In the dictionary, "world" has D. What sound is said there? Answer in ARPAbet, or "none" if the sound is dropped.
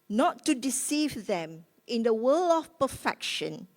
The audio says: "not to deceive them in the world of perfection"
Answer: none